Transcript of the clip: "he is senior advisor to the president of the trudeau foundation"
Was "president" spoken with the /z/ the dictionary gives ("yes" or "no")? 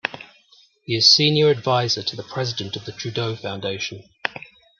yes